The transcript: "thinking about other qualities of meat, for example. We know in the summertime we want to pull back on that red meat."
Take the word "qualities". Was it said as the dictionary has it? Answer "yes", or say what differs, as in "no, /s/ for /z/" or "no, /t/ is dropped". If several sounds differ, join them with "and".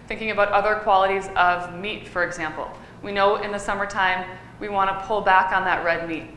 yes